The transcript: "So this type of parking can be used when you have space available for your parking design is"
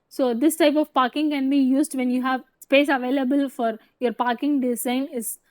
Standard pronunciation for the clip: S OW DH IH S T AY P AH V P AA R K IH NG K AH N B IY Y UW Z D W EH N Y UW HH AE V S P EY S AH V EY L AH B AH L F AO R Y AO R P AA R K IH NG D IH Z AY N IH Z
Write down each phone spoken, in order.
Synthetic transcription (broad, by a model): S OW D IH S T AY P AH V P AA R K IH NG K AH N B IY Y UW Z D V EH N Y UW HH AE V S P EY S AH V EY L AH B AH L F AO R Y AO R P AA R K IH NG D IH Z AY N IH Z